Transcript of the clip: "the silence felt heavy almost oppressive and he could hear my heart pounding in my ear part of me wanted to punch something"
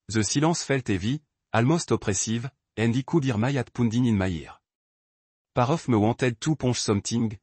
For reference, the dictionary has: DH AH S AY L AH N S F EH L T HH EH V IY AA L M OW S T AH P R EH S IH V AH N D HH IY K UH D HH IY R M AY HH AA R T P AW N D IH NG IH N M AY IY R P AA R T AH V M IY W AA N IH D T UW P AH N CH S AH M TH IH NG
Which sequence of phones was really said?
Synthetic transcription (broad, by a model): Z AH S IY L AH S F EH L T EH V IY AA L M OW S T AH P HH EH S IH V AH N D IY K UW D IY R M AY AA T P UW N D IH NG IH N M AY IY R P AA R AH F M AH W AA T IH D T UW P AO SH S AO M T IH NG